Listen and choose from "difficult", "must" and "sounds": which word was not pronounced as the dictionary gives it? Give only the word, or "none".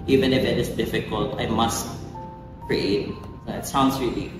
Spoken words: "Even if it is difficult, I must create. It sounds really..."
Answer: sounds